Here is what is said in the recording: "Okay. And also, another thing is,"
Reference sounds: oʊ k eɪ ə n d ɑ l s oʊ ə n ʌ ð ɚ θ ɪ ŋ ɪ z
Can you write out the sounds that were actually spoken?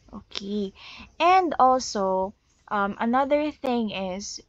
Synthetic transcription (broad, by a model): oʊ k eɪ ə n d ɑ l s oʊ ə n ʌ ð ɚ θ ɪ ŋ ɪ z